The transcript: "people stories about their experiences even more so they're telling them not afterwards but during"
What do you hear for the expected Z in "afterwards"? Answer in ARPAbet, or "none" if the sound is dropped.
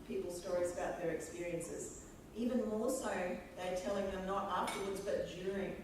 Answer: Z